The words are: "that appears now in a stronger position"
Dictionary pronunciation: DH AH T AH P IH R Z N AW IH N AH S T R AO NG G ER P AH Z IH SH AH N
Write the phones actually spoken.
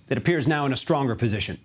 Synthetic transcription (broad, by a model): DH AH T AH P IH R Z N AW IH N AH S T R AO NG G ER P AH Z IH SH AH N